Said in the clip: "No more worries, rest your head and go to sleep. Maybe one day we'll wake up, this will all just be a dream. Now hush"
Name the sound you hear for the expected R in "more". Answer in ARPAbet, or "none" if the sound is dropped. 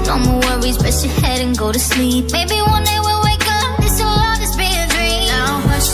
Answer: W